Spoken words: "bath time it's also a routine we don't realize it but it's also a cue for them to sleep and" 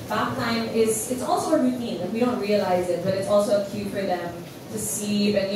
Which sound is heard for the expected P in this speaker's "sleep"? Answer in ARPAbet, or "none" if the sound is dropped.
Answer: none